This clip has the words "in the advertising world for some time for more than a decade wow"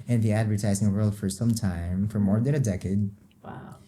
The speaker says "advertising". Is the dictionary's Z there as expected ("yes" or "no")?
yes